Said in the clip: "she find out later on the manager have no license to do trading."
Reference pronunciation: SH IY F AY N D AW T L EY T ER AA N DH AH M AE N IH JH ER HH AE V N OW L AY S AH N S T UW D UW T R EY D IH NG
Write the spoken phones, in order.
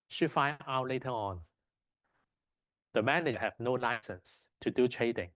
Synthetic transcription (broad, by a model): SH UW F AY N AW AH L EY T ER AA N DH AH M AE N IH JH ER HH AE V N OW L AY S AH N S T UW D UW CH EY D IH NG